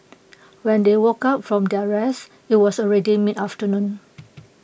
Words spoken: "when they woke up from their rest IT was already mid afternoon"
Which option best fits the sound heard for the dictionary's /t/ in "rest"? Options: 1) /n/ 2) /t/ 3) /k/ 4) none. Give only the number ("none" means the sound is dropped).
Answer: 4